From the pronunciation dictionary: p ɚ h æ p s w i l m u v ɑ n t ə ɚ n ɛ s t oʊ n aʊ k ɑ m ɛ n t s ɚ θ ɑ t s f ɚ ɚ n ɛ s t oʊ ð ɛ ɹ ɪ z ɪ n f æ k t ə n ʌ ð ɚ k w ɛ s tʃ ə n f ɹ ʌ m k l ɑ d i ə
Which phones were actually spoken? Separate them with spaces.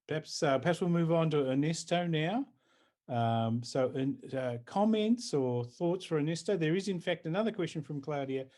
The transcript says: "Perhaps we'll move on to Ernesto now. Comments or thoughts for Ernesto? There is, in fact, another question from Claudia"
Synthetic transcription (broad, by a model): p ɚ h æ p s w i l m u v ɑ n t ə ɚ n ɛ s t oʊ n aʊ k ɑ m ɛ n t s ɚ θ ɑ t s f ɚ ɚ n ɛ s t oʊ ð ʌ ɹ ɪ z ɪ n f æ k t ə n ʌ ð ɚ k w ɛ s tʃ ə n f ɹ ʌ m k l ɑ d i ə